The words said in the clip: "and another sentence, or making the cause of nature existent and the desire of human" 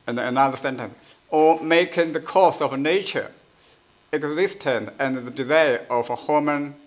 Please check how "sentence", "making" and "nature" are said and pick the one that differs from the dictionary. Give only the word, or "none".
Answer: none